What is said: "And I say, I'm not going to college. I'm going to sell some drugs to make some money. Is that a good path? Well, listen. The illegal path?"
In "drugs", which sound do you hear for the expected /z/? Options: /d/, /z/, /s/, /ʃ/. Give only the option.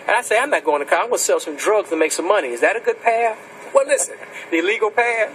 /z/